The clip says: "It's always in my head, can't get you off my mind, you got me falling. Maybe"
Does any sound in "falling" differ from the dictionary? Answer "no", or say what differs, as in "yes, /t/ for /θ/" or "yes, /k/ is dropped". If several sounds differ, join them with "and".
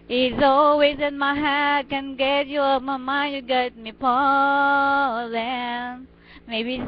yes, /p/ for /f/